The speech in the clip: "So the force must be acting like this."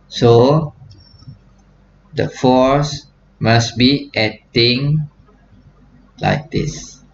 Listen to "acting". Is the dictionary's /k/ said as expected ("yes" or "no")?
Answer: no